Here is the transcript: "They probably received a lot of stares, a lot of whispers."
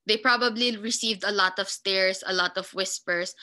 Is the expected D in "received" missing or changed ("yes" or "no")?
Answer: no